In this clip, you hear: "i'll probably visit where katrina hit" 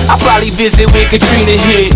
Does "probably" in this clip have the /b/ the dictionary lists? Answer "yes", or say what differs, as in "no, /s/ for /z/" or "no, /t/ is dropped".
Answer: no, /b/ is dropped